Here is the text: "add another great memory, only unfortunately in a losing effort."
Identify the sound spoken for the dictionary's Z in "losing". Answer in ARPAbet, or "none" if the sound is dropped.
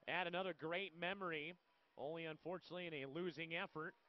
Z